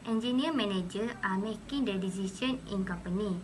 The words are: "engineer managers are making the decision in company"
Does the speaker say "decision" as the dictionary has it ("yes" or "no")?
no